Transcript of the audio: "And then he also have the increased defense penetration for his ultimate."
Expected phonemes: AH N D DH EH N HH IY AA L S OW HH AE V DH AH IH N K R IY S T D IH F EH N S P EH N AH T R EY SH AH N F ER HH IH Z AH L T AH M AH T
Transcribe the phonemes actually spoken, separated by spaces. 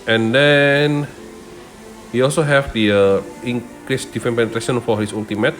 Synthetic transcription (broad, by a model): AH N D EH N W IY AA L S OW HH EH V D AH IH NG K R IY S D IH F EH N P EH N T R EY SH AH N F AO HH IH S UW L T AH M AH T